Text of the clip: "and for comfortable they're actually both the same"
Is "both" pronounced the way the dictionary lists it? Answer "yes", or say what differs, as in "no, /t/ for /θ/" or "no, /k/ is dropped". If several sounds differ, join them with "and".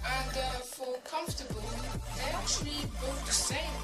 no, /t/ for /θ/